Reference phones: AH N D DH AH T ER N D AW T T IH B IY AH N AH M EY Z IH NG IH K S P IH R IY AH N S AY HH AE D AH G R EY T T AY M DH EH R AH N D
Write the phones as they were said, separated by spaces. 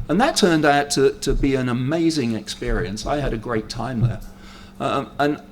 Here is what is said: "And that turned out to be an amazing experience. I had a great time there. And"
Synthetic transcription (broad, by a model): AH N DH AH T ER N D AW T T IH B IY AH N AH M EY Z IH NG IH K S P IH R IY AH N S AY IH D AH G R EY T T AY M DH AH R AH N